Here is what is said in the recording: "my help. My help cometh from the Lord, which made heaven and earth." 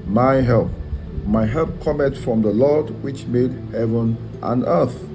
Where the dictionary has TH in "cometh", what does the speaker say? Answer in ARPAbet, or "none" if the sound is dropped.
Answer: T